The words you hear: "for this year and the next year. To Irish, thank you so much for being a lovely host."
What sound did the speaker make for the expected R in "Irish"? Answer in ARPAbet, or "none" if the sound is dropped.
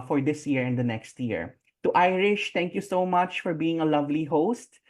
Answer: R